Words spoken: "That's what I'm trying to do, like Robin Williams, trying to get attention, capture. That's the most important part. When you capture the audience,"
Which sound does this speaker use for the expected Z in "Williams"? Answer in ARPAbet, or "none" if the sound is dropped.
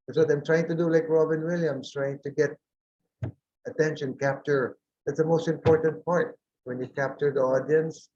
S